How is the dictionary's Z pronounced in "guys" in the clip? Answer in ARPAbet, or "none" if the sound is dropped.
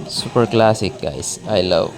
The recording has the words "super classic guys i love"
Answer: S